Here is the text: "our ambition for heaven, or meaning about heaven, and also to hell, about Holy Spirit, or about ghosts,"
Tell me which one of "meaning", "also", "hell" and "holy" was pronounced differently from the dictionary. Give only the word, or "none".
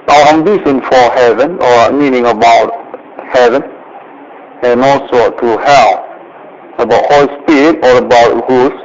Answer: none